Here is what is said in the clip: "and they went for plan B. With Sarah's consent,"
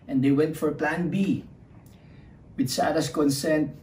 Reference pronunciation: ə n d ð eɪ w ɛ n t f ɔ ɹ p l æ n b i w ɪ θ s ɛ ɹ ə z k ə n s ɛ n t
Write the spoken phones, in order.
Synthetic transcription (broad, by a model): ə n d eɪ w ɛ n t f ɔ ɹ p l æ n b i w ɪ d s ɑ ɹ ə s k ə n s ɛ n t